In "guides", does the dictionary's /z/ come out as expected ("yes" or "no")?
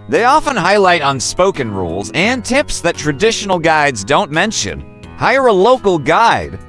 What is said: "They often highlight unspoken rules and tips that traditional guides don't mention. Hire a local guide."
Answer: yes